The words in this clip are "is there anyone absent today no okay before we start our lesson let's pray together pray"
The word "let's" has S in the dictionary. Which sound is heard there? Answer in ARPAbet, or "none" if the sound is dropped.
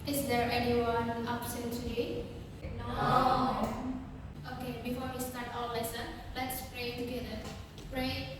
S